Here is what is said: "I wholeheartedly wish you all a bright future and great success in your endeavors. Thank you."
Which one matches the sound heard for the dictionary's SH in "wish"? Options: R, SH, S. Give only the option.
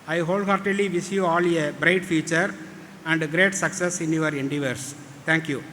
S